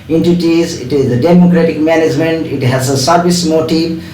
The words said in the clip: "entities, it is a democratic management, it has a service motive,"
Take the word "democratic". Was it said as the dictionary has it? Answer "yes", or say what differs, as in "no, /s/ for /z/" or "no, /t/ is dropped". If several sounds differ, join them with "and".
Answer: yes